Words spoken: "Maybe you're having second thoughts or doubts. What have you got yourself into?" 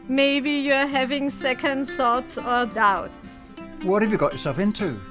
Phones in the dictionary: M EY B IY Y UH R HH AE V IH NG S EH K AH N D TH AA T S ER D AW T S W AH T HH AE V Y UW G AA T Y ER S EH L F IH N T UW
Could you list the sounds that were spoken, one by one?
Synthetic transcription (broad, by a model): M EY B IY Y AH HH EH V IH NG S EH K AH N D S AA T S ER D AW T S W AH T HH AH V Y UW G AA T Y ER S EH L F IH N T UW